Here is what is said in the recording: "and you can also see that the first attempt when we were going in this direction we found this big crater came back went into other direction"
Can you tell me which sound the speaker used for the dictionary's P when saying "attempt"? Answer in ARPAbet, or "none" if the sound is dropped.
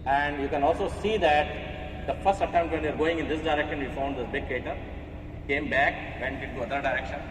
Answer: none